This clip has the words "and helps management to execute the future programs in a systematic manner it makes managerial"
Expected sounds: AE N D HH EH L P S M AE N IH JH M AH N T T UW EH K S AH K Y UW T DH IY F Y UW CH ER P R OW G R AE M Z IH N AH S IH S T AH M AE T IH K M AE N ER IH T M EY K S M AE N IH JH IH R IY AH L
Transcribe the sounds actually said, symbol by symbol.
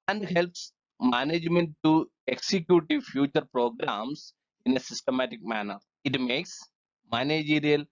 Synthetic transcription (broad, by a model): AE N D HH EH L P S M AE N IH JH M AH N T T UW EH K S AH K Y UW T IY F Y UW CH ER P R OW G R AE M S IH N AH S IH S T AH M AE T IH K M AE N ER IH T M EY K S M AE N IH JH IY R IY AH L